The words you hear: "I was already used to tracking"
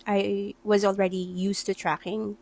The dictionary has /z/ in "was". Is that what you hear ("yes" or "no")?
yes